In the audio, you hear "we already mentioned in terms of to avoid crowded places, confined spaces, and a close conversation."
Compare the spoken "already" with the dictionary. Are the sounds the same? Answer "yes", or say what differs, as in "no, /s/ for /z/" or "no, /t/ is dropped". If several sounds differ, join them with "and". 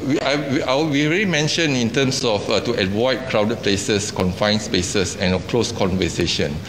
no, /w/ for /l/